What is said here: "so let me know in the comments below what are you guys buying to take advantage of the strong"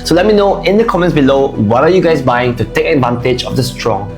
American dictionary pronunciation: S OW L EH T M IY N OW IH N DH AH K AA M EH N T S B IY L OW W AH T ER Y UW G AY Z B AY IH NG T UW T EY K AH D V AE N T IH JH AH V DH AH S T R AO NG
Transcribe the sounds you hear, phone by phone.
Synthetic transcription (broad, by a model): S OW L EH T M IY N OW IH N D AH K AA M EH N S B IY L OW W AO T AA Y UW G AY S B AY IH NG T UW T EY K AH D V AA N T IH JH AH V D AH S T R AO NG